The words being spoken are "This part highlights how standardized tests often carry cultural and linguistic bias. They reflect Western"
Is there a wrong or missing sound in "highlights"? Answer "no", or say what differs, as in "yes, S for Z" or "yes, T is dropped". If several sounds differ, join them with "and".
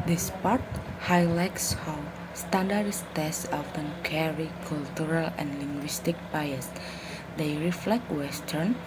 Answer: no